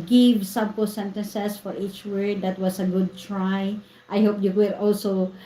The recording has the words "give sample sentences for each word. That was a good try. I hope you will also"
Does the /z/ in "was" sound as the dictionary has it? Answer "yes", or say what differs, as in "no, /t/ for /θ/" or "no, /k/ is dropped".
no, /s/ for /z/